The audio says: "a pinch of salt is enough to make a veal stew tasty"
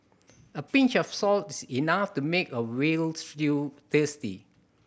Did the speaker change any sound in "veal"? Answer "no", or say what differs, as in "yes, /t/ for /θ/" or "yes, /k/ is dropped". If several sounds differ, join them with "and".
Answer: yes, /w/ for /v/